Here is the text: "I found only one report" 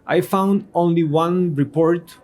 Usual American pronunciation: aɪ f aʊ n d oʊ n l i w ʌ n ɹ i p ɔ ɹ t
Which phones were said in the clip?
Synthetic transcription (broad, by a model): aɪ f aʊ n d oʊ n l i w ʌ n ɹ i p ɔ ɹ t